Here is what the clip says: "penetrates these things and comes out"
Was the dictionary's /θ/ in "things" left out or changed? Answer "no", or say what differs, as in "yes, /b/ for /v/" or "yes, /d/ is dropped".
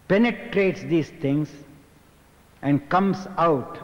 yes, /t/ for /θ/